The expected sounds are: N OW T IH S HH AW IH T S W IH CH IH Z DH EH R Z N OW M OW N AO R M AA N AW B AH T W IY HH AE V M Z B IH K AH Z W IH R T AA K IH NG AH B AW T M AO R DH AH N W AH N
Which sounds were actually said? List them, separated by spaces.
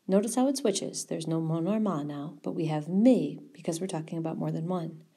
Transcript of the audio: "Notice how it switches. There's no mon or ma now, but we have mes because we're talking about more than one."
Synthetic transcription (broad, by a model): N OW T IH S HH AW IH T S W IH CH IH Z DH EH R Z N OW M OW N AO R M AA N AW B AH T W IY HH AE V M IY B IH K AH Z W IH R T AA K IH NG AH B AW T M AO R DH AH N W AH N